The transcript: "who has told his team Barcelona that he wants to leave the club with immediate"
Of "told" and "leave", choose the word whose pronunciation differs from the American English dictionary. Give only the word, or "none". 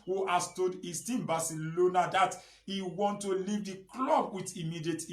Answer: told